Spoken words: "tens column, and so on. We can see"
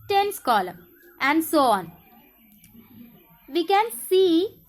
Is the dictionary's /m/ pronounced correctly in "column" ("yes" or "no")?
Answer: no